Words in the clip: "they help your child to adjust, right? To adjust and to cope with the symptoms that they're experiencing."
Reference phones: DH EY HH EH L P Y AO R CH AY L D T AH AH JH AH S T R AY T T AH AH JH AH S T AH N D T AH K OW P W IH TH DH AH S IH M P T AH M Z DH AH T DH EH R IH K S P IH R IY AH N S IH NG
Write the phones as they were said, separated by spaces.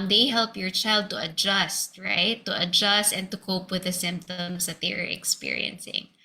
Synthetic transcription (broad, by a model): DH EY HH EH L P Y AO R CH AY L D T AH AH JH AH S T R AY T T AH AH JH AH S T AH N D T AH K OW P W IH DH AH S IH M P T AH M S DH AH T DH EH R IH K S P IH R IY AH N S IH NG